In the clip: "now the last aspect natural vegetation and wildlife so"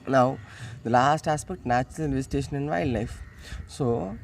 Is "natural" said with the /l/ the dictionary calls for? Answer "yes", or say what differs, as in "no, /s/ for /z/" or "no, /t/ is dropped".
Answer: no, /n/ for /l/